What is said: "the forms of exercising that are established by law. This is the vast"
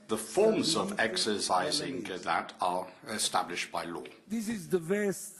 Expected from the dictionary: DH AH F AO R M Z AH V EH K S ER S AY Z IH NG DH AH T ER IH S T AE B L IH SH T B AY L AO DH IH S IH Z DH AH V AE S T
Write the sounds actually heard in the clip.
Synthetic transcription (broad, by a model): DH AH F AO R M Z AH V EH K S ER S AY Z IH NG DH AH T ER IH S T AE B L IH SH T B AY L AO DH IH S IH Z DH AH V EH S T